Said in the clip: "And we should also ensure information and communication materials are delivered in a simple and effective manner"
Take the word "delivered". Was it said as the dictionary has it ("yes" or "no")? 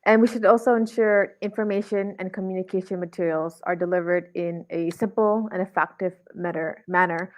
yes